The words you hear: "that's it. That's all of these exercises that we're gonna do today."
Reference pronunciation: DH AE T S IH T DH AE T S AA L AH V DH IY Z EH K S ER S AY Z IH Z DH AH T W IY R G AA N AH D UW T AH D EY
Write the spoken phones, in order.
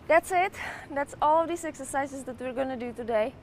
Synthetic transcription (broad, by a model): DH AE T S IH T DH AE T S AA L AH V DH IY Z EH K S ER S AY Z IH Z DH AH T W IY R G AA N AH D UW T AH D EY